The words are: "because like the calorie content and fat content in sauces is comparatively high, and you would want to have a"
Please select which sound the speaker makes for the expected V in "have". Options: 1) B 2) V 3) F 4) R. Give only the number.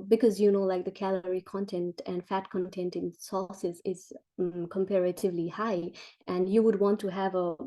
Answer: 2